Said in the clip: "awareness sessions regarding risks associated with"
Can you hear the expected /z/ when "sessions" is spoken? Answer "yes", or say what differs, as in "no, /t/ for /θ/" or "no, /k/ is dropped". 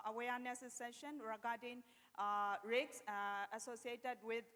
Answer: no, /z/ is dropped